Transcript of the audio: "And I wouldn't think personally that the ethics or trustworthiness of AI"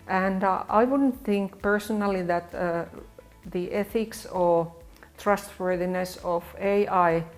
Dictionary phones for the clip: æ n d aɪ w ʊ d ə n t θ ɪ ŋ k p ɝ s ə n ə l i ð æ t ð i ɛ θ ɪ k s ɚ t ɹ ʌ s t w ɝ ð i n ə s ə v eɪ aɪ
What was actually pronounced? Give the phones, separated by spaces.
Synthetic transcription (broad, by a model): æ n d aɪ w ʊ d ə n t θ ɪ ŋ k p ɝ s ə n ə l i ð æ t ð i ɛ θ ɪ k s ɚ t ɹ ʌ s t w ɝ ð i n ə s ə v eɪ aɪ